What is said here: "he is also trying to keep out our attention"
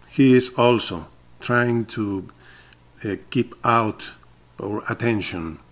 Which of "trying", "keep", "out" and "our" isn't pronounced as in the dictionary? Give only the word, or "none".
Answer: none